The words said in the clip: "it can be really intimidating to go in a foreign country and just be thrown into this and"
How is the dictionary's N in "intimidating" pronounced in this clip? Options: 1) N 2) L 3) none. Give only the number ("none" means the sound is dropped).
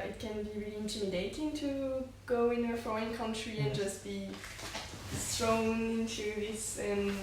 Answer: 1